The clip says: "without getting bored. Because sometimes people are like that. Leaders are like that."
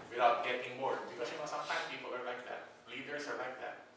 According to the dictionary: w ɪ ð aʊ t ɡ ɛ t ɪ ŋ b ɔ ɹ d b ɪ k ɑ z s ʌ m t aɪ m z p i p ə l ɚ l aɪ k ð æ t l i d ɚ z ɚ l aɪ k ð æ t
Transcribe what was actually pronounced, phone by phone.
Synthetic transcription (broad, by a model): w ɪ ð aʊ t ɡ ɛ t ɪ ŋ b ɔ ɹ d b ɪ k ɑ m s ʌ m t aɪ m p i p ə l ɚ l aɪ k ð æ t l i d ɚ s ɚ l aɪ k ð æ t